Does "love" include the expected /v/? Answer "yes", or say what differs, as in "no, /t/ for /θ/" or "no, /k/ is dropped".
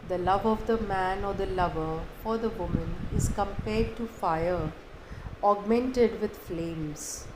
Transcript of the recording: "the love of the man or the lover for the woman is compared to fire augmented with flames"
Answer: yes